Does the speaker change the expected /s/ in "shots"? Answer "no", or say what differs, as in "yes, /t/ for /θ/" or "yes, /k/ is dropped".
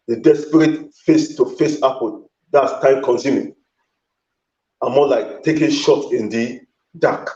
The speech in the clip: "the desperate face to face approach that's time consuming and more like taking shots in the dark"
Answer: yes, /s/ is dropped